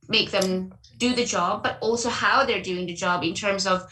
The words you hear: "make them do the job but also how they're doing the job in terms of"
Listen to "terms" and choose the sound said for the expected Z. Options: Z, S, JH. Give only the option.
Z